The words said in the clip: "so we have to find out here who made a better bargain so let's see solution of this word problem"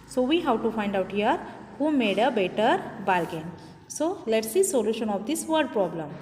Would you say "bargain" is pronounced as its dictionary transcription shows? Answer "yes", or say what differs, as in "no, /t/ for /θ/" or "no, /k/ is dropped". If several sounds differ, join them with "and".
no, /l/ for /ɹ/